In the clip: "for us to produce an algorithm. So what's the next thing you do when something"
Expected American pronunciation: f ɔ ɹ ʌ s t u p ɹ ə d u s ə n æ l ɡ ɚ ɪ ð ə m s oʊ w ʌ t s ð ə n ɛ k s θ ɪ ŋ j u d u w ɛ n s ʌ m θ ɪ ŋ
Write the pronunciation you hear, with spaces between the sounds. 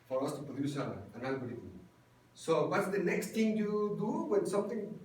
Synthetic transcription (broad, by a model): f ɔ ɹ ʌ s t u p ɹ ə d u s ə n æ n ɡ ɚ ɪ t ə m s oʊ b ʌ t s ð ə n ɛ k s t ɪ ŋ j u d u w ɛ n s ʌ m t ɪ ŋ